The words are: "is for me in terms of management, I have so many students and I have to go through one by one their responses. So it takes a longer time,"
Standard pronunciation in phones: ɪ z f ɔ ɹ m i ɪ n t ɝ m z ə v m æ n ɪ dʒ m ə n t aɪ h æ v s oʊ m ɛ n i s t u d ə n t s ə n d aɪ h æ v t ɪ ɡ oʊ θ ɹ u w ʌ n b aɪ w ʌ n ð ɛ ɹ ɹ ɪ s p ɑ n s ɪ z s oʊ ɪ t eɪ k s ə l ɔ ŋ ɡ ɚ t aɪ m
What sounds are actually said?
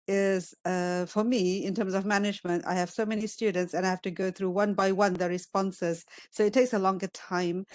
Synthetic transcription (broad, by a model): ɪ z f ɔ ɹ m i ɪ n t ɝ m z ə v m æ n ɪ dʒ m ə n t aɪ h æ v s oʊ m ɛ n i s t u d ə n t s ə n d aɪ h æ f t ɪ ɡ oʊ θ ɹ u w ʌ n b aɪ w ʌ n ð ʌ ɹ ɹ ɪ s p ɑ n s ɪ z s oʊ ɪ t eɪ k s ə l ɔ ŋ ɡ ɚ t aɪ m